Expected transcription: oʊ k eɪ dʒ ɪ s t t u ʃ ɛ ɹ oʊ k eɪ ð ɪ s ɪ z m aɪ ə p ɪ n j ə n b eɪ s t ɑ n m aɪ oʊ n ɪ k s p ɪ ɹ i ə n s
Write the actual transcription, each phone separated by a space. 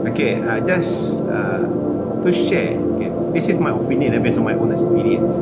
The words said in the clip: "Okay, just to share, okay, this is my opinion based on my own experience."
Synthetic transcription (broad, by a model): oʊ k eɪ dʒ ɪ s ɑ t u ʃ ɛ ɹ oʊ k eɪ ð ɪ s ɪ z m aɪ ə p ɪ n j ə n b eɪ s ɑ m aɪ oʊ n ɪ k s p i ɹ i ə n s